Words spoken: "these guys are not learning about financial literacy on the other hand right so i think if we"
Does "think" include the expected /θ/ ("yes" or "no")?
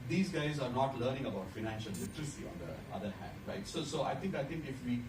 no